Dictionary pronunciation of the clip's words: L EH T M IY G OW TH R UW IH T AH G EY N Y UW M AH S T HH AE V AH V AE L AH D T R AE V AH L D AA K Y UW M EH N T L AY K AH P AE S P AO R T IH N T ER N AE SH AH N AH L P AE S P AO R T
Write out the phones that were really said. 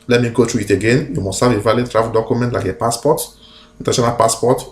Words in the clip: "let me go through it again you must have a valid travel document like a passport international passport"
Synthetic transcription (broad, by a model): L EH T M IY G OW T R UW IH T AH G EY N Y UW M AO S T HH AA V AH V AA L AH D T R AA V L D AA K Y UW M EH N T L AY K AH P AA S P AO T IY N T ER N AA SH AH N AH L P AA S P AO T